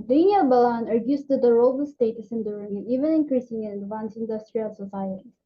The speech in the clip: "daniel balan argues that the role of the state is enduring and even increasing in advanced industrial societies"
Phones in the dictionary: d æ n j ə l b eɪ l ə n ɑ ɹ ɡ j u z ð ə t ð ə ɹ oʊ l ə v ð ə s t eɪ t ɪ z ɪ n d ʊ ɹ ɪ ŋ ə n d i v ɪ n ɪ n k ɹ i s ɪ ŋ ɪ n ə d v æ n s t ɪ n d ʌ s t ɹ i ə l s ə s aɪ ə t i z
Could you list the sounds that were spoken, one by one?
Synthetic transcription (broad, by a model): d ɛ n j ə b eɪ l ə n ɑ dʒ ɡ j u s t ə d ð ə ɹ oʊ l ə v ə s t eɪ t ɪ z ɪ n d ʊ ɹ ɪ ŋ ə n i v ɪ n ɪ n k ɹ i s ɪ ŋ ɪ n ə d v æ n s ɪ n d ʌ s t ɹ i ə l s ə s aɪ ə t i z